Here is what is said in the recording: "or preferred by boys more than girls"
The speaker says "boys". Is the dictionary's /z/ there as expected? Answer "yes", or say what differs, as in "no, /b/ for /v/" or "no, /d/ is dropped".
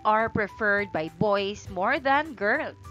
no, /s/ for /z/